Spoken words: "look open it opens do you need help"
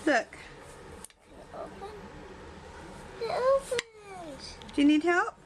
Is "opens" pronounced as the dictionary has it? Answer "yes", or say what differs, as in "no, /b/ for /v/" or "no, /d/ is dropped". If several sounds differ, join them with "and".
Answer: no, /z/ is dropped